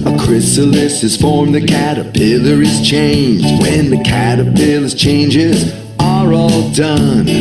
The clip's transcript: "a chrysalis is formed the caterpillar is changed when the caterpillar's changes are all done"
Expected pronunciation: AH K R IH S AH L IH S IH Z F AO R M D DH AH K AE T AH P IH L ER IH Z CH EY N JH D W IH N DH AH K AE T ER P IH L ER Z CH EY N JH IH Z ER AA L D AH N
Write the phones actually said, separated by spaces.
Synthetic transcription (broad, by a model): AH K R IH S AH L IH S IH Z F AO R M DH AH K AE T AH P IH L ER IH Z CH EY N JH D W IH N DH AH K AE T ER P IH L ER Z CH EY N JH IH Z ER AA L D AH N